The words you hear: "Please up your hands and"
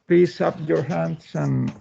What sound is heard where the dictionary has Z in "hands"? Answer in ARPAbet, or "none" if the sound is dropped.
S